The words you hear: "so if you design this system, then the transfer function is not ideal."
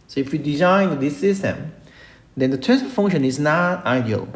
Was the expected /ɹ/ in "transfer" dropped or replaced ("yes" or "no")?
yes